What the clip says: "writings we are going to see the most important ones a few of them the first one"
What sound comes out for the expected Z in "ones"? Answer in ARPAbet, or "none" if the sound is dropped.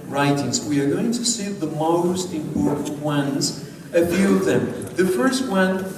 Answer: Z